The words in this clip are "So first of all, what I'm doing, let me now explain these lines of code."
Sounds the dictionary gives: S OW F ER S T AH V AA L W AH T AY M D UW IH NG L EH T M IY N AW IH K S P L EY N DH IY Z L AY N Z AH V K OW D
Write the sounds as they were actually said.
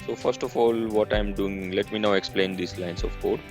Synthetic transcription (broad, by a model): S OW F ER S T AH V AA L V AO T AY M D UW IH NG L EH T M IY N AW IH K S P L EY N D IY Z L AY N S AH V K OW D